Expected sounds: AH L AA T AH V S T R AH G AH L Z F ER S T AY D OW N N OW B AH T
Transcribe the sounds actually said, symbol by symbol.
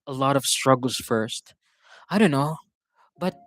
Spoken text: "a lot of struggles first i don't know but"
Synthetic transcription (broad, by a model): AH L AA T AH V S T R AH G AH L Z F ER S T AY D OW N N OW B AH T